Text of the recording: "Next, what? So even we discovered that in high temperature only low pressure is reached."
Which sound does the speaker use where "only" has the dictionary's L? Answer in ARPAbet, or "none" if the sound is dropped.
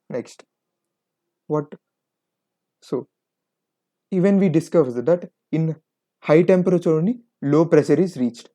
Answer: none